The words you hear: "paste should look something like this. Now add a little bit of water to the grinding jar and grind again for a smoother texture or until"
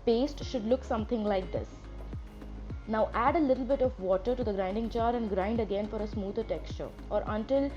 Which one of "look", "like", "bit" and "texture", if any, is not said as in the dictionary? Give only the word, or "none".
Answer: none